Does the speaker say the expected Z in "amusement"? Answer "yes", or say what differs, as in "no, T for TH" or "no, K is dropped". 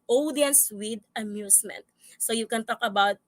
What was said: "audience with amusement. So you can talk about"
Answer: no, S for Z